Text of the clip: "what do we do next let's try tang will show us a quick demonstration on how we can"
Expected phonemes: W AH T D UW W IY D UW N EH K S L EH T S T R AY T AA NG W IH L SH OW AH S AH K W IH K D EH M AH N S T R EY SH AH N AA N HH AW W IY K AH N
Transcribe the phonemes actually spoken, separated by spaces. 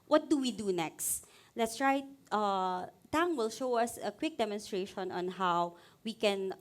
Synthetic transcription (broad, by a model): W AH T D UW W IY D UW N EH K S L EH T S T R AY T AA NG W IH L SH OW AH S AH K W IH K D EH M AH N S T R EY SH AH N AA N HH AW W IY K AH N